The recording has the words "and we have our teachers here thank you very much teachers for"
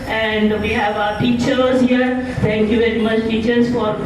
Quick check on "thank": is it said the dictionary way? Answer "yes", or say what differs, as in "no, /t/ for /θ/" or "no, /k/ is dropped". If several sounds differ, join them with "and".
no, /t/ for /θ/